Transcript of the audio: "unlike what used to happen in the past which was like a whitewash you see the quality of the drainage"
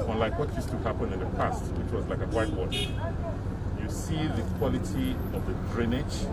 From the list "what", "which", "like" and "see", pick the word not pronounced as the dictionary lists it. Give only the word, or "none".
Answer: none